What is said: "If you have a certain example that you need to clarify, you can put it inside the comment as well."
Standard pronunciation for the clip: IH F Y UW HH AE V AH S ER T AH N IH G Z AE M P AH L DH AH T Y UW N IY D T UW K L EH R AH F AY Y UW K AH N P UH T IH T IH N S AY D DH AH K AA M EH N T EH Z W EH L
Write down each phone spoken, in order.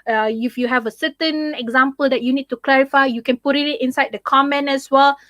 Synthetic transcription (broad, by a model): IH F Y UW HH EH V AH S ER T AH N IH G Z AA M P AH L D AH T Y UW N IY D T UW K L EH R AH F AY Y UW K AH N P UH T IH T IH N S AY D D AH K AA M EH N EH S W EH L